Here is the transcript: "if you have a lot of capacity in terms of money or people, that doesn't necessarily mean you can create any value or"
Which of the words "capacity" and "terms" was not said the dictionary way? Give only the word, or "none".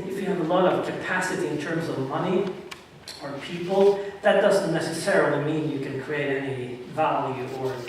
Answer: none